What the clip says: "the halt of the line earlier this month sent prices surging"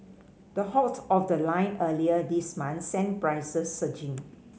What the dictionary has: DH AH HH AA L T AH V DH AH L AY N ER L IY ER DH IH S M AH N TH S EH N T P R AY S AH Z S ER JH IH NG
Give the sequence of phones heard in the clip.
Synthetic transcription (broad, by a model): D AH HH AA T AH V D AH L AY N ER L IY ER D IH S M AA N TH S EH N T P R AY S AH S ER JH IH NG